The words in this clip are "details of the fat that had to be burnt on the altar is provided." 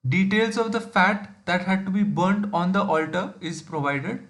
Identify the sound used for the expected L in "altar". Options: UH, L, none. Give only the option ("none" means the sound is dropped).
L